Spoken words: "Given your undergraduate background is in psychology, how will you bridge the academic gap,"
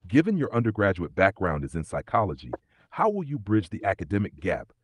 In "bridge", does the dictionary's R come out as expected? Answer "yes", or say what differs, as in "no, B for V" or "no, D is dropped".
yes